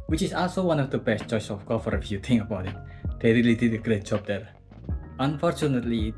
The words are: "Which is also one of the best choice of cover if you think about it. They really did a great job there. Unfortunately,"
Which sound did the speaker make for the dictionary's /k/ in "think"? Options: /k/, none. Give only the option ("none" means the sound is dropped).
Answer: none